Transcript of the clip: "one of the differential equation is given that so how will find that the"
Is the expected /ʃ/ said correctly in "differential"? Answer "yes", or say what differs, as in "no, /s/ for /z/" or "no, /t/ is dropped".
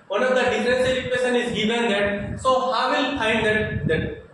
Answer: no, /s/ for /ʃ/